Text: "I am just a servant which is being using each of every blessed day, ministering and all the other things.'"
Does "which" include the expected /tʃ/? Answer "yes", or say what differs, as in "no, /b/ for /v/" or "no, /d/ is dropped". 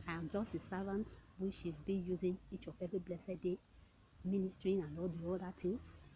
no, /ʃ/ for /tʃ/